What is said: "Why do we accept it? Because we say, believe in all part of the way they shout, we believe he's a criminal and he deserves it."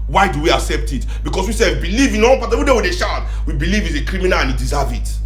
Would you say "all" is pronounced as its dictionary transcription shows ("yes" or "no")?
no